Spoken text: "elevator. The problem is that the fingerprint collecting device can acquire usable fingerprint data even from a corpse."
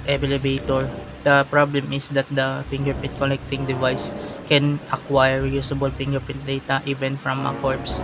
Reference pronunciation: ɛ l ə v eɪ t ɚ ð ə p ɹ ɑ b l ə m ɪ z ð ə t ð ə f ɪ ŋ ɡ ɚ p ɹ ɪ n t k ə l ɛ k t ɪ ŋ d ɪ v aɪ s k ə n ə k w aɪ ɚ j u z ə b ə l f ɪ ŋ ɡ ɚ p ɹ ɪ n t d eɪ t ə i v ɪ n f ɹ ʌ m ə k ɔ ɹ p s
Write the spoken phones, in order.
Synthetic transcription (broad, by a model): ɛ l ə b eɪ t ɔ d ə p ɹ ɑ b l ə m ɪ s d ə t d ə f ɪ ŋ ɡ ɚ p ɪ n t k ə l ɛ k t ɪ ŋ d ɪ v aɪ s k ə n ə k w aɪ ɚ j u s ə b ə l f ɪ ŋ ɡ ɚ p ɪ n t d eɪ t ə i v ɪ n f ɹ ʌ m ə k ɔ ɹ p s